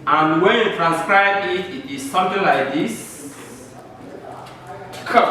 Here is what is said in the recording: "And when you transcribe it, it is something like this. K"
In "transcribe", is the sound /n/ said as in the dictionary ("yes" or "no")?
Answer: yes